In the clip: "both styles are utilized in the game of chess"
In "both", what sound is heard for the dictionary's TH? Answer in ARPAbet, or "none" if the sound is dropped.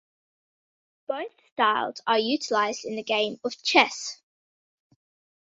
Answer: TH